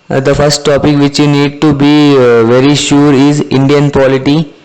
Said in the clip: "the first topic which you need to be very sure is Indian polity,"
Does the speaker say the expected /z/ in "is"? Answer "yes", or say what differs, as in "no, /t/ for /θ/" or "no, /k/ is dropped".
yes